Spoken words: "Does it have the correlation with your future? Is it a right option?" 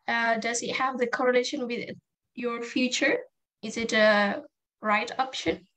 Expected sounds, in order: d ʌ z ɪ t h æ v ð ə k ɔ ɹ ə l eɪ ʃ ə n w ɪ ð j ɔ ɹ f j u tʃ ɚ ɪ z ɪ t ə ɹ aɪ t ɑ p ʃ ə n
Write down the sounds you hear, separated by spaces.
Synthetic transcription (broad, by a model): d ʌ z ɪ t h æ v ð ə k ɔ ɹ ə l eɪ ʃ ə n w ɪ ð j ɔ ɹ f j u tʃ ɚ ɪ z ɪ t ə ɹ aɪ t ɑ p ʃ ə n